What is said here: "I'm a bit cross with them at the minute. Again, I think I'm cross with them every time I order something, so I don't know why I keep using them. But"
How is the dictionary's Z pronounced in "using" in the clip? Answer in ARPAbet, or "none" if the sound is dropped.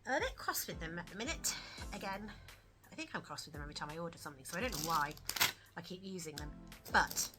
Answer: Z